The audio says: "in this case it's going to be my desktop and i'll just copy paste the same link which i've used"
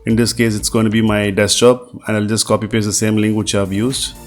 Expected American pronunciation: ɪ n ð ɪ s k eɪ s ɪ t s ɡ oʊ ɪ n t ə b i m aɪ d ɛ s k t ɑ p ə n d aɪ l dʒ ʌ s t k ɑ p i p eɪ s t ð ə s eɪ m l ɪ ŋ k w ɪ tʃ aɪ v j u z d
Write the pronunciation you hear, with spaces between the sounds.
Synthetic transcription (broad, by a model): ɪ n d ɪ s k eɪ s ɪ t s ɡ oʊ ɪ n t b i m aɪ d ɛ s t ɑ p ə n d aɪ l dʒ ʌ s t k ɑ p i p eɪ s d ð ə s eɪ m l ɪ ŋ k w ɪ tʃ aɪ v j u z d